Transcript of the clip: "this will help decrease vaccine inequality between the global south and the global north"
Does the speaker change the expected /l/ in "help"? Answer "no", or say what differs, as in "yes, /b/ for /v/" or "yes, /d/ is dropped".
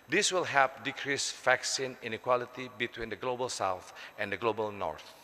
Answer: yes, /l/ is dropped